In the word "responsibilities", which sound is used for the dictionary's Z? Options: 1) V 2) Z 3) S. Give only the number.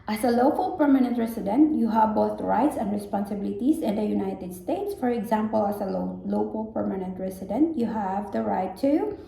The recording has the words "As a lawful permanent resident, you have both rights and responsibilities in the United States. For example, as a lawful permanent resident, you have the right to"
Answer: 3